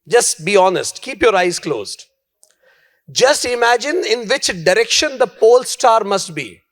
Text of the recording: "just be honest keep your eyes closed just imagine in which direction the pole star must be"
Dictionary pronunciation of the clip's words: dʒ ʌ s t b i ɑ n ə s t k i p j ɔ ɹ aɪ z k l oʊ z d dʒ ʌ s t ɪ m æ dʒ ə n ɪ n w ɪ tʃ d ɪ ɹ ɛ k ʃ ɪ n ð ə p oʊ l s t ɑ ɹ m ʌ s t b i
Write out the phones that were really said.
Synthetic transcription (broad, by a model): dʒ ʌ s t b i ɑ n ə s t k i p j ɔ ɹ aɪ z k l oʊ z d dʒ ʌ s t ɪ m æ dʒ ə n ɪ n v ɪ tʃ d ɪ ɹ ɛ k ʃ ɪ n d ə p oʊ l s t ɑ ɹ m ʌ s t b i